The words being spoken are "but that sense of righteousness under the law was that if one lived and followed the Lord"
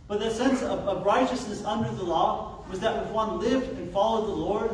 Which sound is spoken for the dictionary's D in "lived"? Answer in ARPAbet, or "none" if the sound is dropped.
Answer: D